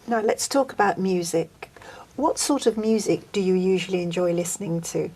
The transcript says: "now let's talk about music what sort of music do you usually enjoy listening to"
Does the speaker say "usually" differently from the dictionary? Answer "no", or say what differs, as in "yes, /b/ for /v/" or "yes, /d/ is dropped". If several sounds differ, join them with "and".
no